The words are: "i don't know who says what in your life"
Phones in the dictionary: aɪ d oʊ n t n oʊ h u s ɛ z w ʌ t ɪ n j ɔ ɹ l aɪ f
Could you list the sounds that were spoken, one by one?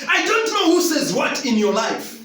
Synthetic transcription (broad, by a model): aɪ d oʊ n t n oʊ h u s ɛ z w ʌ t ɪ n j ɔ l aɪ f